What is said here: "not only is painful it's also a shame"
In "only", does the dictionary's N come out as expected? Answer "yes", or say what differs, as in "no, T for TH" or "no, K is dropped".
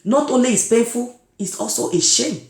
yes